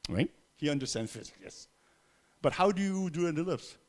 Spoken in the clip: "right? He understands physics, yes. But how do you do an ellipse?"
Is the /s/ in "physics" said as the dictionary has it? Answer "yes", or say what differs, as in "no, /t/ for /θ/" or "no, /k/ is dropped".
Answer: no, /s/ is dropped